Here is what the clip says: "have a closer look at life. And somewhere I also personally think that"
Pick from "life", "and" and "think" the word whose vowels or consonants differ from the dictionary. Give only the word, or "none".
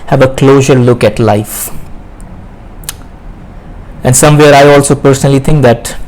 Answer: think